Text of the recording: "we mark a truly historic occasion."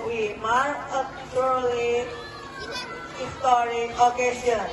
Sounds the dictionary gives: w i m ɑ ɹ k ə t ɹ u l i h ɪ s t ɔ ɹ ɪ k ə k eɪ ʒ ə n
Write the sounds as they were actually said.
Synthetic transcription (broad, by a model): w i m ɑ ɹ ə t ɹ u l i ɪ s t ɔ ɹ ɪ ə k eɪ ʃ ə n